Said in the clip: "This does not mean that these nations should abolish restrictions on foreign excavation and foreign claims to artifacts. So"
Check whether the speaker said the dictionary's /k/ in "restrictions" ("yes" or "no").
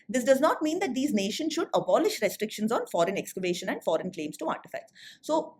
yes